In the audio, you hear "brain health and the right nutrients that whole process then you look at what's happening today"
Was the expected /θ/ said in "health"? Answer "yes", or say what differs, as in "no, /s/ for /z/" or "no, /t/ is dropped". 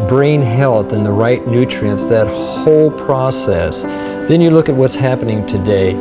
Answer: yes